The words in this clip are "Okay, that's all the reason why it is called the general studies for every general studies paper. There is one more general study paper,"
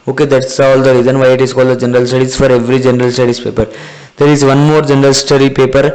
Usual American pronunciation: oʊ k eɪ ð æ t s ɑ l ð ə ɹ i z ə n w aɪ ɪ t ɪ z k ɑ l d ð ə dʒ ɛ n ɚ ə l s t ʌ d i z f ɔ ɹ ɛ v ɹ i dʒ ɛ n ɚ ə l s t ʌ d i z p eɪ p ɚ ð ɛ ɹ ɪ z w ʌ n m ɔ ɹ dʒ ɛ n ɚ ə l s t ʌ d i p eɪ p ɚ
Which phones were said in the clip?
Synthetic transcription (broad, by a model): oʊ k eɪ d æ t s ɑ l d ə ɹ i z ə n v aɪ ɪ t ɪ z k ɑ l d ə dʒ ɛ n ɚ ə l s t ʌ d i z f ɔ ɹ ɛ v ɹ i dʒ ɛ n ɚ ə l s t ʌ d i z p eɪ p ɚ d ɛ ɹ ɪ z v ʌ n m ɔ ɹ dʒ ɛ n ɚ ə l s t ʌ d i p eɪ p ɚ